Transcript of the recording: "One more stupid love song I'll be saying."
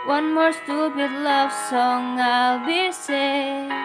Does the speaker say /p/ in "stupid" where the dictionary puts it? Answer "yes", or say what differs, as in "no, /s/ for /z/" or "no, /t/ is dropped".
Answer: no, /b/ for /p/